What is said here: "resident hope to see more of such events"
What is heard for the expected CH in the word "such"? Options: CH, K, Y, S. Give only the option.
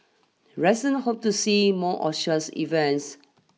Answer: S